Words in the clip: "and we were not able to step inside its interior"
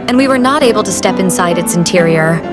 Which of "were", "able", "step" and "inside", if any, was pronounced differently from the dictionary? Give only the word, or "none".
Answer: none